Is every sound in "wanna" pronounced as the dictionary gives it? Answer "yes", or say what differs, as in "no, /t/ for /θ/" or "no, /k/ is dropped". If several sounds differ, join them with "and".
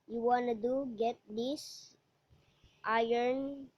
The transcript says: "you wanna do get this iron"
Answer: yes